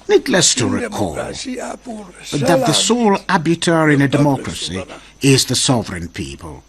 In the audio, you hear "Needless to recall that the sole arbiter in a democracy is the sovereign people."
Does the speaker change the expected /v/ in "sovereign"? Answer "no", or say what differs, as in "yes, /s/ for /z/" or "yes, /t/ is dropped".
no